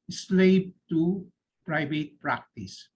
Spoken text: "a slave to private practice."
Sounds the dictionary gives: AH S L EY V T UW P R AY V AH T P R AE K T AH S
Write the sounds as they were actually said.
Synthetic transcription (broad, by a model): S L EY B T UW P R AY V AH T P R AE K T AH S